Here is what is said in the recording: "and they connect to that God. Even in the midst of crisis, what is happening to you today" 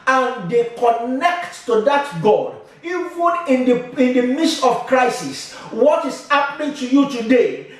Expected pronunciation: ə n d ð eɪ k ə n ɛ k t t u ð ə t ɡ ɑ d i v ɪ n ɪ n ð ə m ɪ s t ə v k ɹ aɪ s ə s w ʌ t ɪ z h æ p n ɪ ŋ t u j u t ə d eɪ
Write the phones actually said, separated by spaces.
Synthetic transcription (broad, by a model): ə n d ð eɪ k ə n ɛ k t t u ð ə t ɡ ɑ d i v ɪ n ɪ n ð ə m ɪ s t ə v k ɹ aɪ s ə s w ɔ t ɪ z h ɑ p n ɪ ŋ t u j u t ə d eɪ